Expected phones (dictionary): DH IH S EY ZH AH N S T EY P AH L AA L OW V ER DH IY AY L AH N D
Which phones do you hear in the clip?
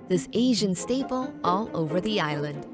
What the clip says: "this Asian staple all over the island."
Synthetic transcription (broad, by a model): DH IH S EY ZH AH N S T EY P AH L AA L OW V ER DH IY AY L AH N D